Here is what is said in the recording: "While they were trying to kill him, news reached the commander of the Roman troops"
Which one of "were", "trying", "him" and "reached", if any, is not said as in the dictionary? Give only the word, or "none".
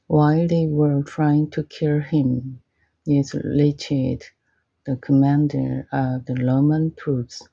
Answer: reached